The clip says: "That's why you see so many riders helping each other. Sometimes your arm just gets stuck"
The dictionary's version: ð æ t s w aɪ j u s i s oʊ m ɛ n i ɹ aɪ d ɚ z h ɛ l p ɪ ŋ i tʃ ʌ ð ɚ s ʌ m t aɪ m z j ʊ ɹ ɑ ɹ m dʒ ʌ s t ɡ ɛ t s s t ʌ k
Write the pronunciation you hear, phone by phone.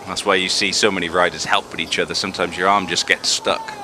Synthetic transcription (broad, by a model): ð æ t s w aɪ j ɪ s i s oʊ m ɛ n i ɹ aɪ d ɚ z h ɛ l p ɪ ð i tʃ ʌ ð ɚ s ʌ m t aɪ m z j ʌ ɹ ɑ ɹ m dʒ ʌ s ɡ ɛ t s s t ʌ k